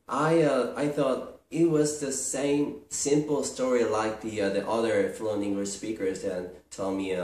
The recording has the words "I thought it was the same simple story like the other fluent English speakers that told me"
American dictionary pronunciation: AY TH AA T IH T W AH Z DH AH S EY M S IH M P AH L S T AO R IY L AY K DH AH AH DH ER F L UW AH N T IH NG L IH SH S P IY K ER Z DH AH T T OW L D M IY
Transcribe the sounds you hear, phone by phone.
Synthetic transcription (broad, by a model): AY TH AA T IH T W AH Z DH AH S EY M S IH M P L S T AO R IY L AY K DH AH AH DH ER F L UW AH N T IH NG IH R S P IY K ER Z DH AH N T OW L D M IY